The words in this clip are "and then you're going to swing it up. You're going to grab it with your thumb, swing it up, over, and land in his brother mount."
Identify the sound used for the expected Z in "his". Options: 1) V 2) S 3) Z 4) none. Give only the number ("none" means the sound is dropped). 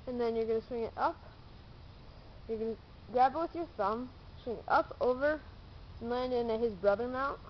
3